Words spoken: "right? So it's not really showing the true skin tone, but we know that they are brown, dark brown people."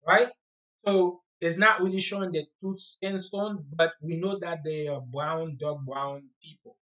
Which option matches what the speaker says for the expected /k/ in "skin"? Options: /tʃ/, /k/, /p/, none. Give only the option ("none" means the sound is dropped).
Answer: none